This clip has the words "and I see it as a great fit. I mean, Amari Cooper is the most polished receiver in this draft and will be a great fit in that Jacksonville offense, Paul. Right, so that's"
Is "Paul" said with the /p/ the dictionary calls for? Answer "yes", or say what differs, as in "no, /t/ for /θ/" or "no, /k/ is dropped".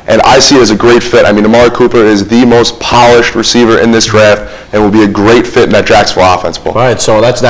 no, /b/ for /p/